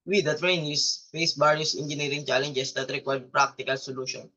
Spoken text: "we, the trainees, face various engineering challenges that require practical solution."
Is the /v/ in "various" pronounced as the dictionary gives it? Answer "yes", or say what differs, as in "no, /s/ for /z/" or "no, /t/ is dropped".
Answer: no, /b/ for /v/